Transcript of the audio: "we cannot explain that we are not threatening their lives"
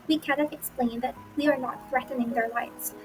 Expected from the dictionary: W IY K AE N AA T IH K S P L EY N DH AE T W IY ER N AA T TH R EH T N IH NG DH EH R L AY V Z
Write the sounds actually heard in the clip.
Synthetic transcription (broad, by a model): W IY K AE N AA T IH K S P L EY N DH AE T W IY ER N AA T TH R EH T N IH NG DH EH R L AY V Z